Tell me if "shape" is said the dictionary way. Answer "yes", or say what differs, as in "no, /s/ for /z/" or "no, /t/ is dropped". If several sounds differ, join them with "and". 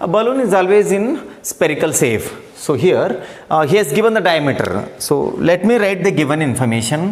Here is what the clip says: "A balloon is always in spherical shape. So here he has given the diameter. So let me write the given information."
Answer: no, /s/ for /ʃ/ and /f/ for /p/